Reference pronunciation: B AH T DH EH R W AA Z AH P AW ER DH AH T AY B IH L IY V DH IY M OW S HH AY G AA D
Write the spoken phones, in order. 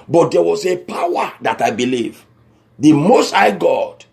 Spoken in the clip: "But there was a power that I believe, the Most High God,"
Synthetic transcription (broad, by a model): B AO T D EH W AA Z AH P AW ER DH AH T AY B IH L IY V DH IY M OW S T AY G AA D